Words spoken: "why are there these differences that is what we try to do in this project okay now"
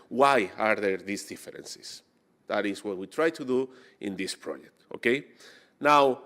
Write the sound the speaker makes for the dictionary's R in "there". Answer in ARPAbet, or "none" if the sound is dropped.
R